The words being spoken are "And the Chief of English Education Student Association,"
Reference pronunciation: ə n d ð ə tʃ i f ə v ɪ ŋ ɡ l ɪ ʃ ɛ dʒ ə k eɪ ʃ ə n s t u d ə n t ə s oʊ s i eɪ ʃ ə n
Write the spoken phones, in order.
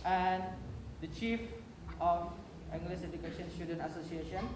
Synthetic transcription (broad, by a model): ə n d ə tʃ i f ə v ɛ ŋ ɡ l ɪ s ɛ dʒ ə k eɪ ʃ ə n s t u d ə n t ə s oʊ s i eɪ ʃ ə n